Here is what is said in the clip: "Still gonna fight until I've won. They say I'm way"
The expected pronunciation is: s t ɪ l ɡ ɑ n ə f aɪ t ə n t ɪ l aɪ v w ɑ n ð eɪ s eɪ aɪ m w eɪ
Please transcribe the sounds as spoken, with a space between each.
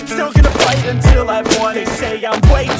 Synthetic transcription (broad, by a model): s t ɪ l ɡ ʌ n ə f aɪ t ə n t ɪ l aɪ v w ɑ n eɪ s eɪ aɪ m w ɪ